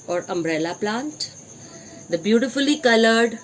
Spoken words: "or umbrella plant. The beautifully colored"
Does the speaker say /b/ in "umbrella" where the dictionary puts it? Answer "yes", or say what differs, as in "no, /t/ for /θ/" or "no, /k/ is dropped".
yes